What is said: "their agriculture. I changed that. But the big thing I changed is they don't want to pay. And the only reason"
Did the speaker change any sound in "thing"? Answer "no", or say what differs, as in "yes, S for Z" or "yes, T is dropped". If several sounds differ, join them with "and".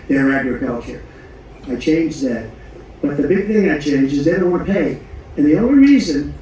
no